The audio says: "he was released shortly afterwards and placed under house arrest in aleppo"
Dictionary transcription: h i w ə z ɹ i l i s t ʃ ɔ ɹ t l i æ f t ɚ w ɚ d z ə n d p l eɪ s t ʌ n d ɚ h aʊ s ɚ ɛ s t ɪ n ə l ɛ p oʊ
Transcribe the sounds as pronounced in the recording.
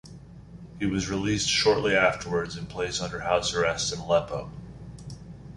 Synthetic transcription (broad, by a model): h i w ə z ɹ i l i s t ʃ ɔ ɹ t l i æ f t ɚ w ɚ d z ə n p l eɪ s ʌ n d ɚ h aʊ s ɚ ɛ s t ɪ n l ɛ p oʊ